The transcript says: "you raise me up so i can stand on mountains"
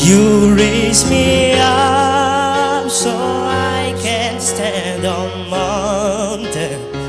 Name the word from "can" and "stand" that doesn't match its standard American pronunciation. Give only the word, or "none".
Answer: none